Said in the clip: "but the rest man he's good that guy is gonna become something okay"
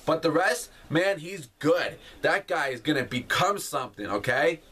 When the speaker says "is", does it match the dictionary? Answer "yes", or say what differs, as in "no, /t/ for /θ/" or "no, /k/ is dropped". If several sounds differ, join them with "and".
yes